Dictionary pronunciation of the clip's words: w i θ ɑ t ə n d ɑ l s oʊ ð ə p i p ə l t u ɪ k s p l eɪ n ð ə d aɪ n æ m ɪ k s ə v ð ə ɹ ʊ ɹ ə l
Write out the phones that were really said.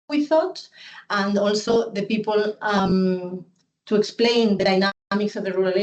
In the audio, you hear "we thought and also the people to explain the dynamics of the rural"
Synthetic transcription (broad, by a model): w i θ ɑ t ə n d ɑ l s oʊ ð ə p i p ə l t u ɪ k s p l eɪ n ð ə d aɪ n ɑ m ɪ k s ə v ð ə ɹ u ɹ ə l